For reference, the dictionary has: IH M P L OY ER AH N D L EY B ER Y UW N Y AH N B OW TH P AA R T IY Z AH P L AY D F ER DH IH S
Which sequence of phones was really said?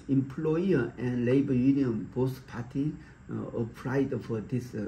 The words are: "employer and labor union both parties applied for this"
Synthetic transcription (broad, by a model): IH M P L OY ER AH N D L EY B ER Y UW N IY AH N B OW S P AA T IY AH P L AY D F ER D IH S